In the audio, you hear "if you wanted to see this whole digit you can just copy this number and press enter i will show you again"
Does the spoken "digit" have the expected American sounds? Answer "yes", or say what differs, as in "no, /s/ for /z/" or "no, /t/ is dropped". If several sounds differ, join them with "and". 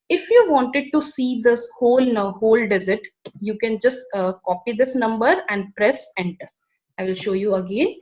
no, /z/ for /dʒ/